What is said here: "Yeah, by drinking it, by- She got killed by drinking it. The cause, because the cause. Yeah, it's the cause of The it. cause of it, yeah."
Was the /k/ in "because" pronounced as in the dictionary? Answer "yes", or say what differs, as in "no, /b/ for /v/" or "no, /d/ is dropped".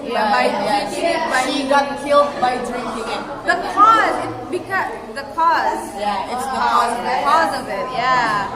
yes